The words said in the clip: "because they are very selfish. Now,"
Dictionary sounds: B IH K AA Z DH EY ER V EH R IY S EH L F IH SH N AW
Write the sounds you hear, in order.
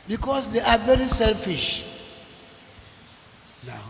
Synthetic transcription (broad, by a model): B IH K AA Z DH EY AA V EH R IY S EH L F IH SH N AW